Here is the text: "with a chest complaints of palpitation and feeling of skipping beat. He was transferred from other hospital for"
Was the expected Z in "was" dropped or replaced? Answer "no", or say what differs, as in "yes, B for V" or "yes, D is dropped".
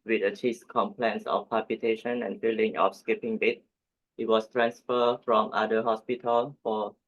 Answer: yes, S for Z